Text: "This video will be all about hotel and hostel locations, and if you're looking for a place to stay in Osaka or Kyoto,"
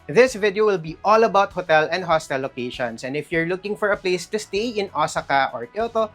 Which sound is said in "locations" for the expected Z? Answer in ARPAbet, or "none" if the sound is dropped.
S